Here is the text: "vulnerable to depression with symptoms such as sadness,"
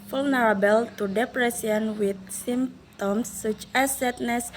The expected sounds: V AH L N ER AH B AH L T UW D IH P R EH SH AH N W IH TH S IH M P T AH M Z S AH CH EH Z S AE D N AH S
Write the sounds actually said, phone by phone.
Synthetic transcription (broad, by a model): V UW L N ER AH B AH L T UW D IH P R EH S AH N W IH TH S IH M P T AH M S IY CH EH S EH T N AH S